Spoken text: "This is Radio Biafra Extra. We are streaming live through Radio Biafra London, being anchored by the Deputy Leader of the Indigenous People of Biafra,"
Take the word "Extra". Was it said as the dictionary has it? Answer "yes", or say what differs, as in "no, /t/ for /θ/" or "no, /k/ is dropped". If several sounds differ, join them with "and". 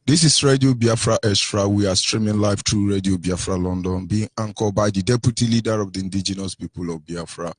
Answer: no, /k/ is dropped